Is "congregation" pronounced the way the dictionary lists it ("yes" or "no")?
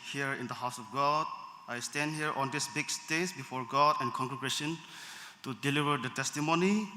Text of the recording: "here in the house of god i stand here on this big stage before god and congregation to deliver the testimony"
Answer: no